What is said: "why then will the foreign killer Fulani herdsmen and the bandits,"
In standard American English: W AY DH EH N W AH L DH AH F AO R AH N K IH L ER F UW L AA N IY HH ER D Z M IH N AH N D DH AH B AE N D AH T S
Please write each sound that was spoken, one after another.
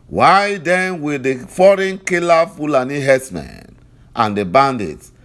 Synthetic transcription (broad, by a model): W AY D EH N W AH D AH F AO R AH N K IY L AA F UW L AA N IY HH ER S M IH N AH N D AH B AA N D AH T